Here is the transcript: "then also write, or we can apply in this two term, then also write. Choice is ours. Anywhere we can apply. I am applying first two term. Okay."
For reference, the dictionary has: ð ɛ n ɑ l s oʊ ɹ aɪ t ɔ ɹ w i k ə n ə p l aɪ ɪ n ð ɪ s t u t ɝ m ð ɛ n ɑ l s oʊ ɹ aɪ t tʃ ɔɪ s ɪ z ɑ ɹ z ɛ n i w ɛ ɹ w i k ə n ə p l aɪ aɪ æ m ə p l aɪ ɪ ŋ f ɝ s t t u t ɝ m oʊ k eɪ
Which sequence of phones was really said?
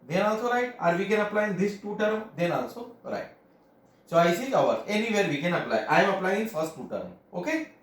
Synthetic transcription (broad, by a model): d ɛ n ɑ l s oʊ ɹ aɪ t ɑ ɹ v i k ə n ə p l aɪ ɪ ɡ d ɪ s t u t ɝ m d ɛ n ɑ l s oʊ ɹ aɪ t s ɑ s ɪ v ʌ ɹ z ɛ n i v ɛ ɹ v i k ə n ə p l aɪ aɪ m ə p l aɪ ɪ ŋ f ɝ s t t u t ɝ m oʊ k eɪ